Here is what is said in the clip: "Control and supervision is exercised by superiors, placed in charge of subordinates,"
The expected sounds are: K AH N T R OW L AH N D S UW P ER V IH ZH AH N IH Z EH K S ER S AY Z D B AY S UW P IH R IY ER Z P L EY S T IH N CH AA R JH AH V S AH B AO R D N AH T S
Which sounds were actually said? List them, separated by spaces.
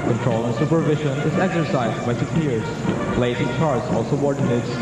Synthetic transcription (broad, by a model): K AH N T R OW L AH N S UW P ER V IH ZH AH N IH Z EH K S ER S AY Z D B AY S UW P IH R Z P L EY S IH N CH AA R Z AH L S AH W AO R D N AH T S